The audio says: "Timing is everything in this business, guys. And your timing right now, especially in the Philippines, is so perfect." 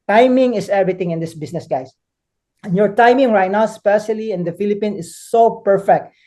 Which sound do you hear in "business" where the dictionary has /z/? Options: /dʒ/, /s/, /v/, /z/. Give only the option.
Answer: /s/